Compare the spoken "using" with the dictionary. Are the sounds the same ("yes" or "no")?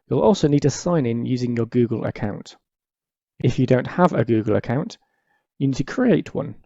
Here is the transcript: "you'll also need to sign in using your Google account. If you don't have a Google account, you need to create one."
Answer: yes